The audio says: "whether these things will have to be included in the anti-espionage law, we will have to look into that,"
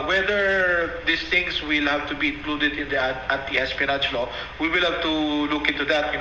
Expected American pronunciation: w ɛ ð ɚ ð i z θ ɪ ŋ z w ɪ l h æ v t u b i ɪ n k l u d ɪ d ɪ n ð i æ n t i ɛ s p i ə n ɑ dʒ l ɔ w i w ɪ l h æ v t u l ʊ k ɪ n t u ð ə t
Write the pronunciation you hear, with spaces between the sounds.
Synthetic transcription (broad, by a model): w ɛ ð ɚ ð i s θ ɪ ŋ s w ɪ l h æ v t u b i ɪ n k l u d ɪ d ɪ n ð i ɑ t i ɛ s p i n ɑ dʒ l ɔ w i w ɪ l h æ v t u l ʊ k ɪ n t u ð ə t